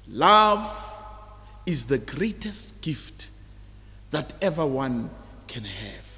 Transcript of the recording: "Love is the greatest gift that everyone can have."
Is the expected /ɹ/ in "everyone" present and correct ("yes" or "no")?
no